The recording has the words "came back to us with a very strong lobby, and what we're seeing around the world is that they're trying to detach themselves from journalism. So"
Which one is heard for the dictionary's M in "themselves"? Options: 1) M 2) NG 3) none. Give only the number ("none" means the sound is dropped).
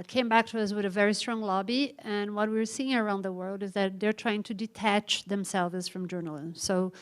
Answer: 1